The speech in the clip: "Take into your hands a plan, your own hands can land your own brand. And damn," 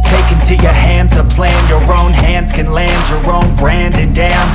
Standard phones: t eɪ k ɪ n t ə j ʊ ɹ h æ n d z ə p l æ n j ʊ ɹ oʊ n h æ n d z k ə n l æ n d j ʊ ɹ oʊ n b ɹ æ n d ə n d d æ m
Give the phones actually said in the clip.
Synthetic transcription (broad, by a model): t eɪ k ɪ n t ə j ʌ ɹ h æ n d z ə p l æ n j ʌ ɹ oʊ n h æ n d z k ə n l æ n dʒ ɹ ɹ oʊ n b ɹ æ n d ə n d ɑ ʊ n